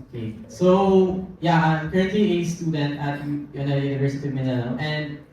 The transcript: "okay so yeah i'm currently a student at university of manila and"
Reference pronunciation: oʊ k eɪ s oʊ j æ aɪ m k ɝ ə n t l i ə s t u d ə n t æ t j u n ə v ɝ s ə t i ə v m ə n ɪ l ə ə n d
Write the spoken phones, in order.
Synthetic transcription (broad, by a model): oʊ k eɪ s oʊ j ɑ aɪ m k ɝ ə n t l i ə s t u d ə n t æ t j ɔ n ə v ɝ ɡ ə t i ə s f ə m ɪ n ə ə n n